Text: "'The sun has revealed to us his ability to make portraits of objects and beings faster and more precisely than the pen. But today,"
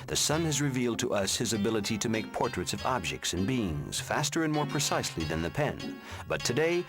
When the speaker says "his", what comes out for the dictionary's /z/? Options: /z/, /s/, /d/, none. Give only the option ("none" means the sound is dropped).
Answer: /z/